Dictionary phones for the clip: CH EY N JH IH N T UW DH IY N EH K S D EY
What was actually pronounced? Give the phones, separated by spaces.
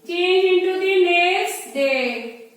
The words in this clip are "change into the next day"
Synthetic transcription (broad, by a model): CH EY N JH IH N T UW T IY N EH S D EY